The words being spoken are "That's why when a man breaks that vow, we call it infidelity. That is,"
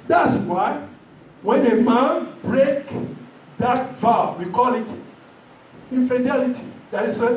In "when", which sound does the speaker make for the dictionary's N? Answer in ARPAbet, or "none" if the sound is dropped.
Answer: N